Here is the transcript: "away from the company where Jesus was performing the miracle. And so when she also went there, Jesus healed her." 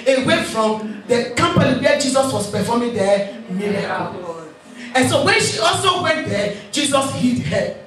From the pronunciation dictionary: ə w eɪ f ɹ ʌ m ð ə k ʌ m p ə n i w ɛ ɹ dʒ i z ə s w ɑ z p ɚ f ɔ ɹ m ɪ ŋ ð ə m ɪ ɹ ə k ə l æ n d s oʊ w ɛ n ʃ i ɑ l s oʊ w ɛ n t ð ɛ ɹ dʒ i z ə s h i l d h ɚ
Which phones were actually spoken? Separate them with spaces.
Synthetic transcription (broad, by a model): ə w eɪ f ɹ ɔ m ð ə k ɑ m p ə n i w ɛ dʒ i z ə s w ɑ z p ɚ f ɔ m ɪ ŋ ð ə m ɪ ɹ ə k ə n s oʊ w ɛ n ʃ i ɑ l s oʊ w ɛ n t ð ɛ dʒ i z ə s h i d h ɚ